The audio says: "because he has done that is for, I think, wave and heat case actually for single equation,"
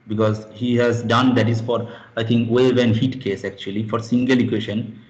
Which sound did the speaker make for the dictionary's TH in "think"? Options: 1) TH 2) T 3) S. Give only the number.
2